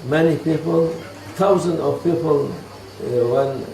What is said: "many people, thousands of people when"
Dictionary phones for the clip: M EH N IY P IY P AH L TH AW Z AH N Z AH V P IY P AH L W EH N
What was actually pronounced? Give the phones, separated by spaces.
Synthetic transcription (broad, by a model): M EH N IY P IY P AH L T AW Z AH N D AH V P IY P AH L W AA N